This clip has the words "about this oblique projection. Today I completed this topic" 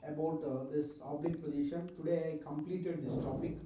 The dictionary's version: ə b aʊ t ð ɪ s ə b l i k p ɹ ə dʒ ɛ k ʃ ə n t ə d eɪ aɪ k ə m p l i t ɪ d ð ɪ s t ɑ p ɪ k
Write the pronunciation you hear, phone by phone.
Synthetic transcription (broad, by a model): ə b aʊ t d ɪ s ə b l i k p ə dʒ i ʃ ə n t ə d eɪ aɪ k ə m p l i t ɪ d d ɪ s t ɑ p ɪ k